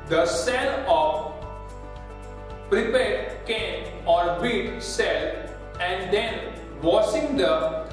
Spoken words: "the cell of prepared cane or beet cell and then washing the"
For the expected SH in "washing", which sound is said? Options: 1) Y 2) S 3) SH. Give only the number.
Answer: 2